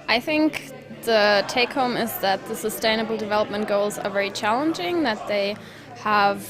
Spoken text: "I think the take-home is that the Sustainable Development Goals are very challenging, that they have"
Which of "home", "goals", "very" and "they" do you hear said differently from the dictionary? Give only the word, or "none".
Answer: none